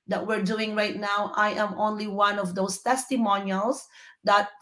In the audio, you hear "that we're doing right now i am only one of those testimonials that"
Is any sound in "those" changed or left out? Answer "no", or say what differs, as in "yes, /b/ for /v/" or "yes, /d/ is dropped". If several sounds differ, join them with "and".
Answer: yes, /s/ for /z/